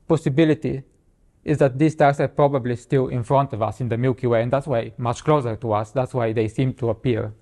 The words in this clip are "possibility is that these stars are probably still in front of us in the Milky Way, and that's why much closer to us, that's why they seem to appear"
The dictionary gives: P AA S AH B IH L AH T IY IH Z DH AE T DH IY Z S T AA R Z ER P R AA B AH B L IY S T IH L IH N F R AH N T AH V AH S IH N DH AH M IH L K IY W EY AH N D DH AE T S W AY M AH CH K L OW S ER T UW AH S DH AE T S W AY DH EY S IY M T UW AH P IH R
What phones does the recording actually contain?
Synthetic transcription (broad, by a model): P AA S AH B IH L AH T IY IH Z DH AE T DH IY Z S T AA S ER P R AA B AH B L IY S T IH L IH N F R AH N T AH V AH S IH N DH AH M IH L K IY W EY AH N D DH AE T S W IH M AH CH K L OW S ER T UW AH S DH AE T S W AY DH EY S IY M T UW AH P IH R